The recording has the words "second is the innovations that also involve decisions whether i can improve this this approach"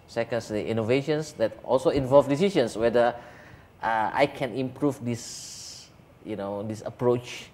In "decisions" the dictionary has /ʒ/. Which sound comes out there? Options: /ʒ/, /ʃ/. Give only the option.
/ʃ/